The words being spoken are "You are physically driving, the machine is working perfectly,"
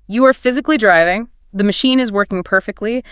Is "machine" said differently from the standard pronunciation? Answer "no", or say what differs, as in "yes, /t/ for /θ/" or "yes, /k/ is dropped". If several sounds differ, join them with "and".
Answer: no